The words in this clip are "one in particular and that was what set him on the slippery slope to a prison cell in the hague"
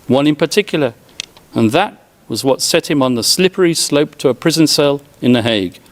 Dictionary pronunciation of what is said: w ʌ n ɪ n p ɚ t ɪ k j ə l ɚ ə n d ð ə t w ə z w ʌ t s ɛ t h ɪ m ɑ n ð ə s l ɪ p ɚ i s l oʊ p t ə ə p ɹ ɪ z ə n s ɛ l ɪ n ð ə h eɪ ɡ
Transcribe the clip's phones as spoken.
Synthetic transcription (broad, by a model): w ʌ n ɪ n p ɚ t ɪ k j l ɚ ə n ð ə t w ə z w ʌ t s ɛ t h ɪ m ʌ n ð ə s l ɪ p ɚ i s l oʊ p t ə ə p ɹ ɪ z ə n s ɛ l ɪ n ð ə h eɪ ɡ